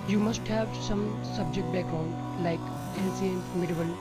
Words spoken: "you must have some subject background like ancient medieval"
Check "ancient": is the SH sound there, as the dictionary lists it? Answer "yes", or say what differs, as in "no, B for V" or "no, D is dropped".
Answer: no, S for SH